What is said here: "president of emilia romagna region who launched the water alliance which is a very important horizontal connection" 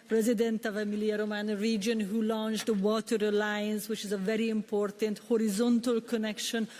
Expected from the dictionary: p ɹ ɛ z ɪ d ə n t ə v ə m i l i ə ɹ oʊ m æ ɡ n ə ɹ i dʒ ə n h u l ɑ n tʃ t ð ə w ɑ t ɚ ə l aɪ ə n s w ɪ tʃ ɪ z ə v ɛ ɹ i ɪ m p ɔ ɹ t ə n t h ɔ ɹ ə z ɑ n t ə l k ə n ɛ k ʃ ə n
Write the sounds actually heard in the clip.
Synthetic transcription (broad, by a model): p ɹ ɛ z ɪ d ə n t ə v ə m i l i ə ɹ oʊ m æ n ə ɹ i dʒ ə n h u l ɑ n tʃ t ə w ɑ t ɚ ə l aɪ ə n s w ɪ tʃ ɪ z ə v ɛ ɹ i ɪ m p ɔ ɹ t ə n t h ɔ ɹ ə z ɑ n t ə l k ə n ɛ k ʃ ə n